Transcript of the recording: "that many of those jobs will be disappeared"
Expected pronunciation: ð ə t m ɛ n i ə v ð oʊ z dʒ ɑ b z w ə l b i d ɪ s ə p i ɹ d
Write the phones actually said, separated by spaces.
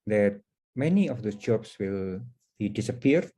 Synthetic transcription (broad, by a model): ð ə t m ɛ n i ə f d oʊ s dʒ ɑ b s w ə l b i d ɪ s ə p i ɹ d